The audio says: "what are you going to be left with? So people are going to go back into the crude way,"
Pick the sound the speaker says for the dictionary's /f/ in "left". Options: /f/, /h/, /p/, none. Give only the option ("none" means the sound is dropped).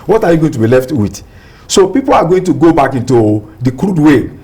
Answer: /f/